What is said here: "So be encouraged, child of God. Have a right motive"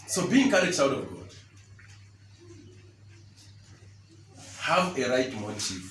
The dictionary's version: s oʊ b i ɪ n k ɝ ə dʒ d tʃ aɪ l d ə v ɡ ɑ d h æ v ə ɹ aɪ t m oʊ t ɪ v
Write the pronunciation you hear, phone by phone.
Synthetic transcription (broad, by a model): s oʊ b i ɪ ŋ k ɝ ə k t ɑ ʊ d ə v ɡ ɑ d h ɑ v ə ɹ aɪ t m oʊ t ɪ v